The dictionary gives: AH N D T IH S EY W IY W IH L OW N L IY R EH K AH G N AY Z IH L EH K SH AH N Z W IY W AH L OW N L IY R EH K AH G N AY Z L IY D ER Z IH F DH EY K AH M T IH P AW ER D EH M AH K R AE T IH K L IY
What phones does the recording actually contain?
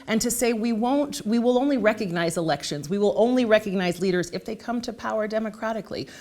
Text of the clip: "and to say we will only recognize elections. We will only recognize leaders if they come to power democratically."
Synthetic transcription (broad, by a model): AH N T IH S EY W IY W IH L OW N L IY R EH K AH G N AY Z IH L EH K SH AH N Z W IY W AH L OW N L IY R EH K AH G N AY Z L IY D ER Z IH F DH EY K AH M T IH P AW ER D EH M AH K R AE T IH K L IY